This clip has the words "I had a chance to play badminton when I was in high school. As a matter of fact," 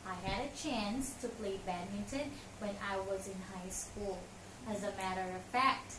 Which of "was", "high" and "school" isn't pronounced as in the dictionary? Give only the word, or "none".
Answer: none